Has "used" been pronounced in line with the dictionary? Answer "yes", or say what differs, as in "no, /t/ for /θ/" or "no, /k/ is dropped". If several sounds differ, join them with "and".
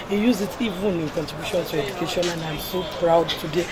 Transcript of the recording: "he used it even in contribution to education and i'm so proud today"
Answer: no, /d/ is dropped